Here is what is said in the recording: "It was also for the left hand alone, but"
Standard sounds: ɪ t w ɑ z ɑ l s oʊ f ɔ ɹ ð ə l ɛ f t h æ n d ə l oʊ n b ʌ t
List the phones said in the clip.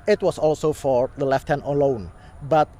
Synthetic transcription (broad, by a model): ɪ t w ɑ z ɑ l s oʊ f ɔ ɹ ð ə l ɛ f t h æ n ə l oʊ n b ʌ t